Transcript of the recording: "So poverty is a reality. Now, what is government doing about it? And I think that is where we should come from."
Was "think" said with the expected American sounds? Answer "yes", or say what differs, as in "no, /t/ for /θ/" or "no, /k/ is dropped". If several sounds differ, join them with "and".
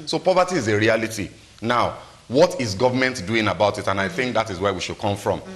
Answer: yes